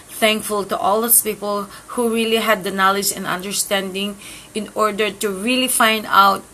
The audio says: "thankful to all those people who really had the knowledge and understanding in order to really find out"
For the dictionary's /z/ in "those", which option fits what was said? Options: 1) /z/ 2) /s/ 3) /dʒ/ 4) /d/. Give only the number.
2